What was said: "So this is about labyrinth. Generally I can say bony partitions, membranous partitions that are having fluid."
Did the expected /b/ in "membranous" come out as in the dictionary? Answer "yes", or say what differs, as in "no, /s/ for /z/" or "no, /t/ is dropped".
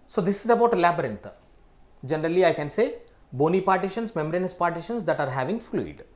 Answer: no, /b/ is dropped